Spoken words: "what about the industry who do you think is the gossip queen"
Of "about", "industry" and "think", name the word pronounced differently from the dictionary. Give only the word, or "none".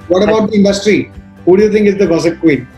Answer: think